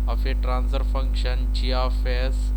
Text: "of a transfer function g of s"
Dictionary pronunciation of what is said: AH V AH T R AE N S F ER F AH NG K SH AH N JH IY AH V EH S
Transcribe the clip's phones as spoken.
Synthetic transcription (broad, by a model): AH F AH T R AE N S ER F AH NG K SH AH N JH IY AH F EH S